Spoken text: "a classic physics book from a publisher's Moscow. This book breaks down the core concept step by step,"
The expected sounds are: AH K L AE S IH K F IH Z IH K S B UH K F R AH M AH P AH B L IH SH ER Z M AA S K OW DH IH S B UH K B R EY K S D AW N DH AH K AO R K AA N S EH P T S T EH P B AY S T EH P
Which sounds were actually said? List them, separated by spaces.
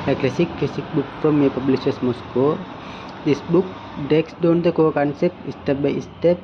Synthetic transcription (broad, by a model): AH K L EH S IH K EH S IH K B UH K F R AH M AH P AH B L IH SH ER S M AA S K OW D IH S B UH K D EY K S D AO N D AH K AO K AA N S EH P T S T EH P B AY S T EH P